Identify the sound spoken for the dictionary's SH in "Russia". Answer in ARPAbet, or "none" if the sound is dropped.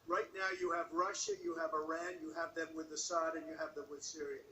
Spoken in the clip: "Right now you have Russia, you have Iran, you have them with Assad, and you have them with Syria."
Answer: SH